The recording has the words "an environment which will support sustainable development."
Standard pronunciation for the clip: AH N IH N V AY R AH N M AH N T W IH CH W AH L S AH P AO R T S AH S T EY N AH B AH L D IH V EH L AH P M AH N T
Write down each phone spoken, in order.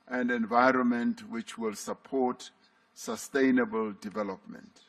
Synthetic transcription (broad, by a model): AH N IH N V AY R AH N M AH N T W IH CH W AH L S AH P AO T S AH S T EY N AH B AH L D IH V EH L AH P M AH N T